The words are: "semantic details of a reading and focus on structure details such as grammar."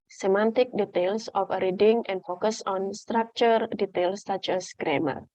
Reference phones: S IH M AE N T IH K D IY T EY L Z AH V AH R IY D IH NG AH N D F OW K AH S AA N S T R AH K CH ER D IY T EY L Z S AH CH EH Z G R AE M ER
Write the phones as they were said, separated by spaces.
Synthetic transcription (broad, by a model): S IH M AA N T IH K D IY T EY L S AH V AH R IY D IH NG AH N D F OW K AH S AA N S T R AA K CH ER D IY T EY L S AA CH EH S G R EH M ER